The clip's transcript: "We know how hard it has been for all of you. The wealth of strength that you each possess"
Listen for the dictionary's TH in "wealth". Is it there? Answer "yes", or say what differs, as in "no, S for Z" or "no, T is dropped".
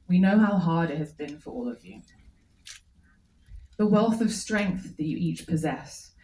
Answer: yes